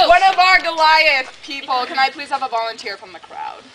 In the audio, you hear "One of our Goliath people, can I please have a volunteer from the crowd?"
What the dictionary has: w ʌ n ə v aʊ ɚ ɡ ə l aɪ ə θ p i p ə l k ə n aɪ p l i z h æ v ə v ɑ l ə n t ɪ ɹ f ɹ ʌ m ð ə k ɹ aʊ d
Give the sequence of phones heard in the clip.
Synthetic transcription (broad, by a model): w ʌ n ə v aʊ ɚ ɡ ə l aɪ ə s p i p l k ə n aɪ p l i z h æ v ə v ɑ l ə n t ɪ ɹ f ɹ ʌ m ð ə k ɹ aʊ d